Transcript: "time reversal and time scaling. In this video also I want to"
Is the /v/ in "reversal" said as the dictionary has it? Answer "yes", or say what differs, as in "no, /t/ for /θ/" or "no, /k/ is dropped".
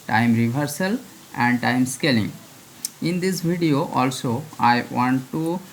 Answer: no, /b/ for /v/